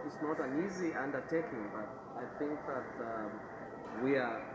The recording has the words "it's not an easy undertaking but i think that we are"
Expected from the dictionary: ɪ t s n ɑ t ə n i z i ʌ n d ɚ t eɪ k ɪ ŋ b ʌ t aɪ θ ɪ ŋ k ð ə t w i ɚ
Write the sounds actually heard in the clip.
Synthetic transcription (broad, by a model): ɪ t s n ɑ t ə n i z i ʌ n d ɚ t eɪ k ɪ ŋ b ʌ t aɪ θ ɪ ŋ k ð ə t w i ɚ